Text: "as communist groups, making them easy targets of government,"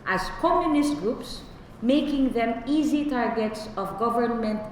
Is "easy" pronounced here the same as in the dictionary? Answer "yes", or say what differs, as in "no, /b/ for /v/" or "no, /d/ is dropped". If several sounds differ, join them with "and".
yes